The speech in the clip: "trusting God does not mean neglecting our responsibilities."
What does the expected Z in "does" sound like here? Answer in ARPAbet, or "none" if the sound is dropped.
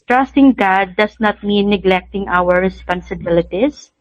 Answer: S